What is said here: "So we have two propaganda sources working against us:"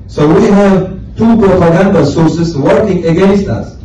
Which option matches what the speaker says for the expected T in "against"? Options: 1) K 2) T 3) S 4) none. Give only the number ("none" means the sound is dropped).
2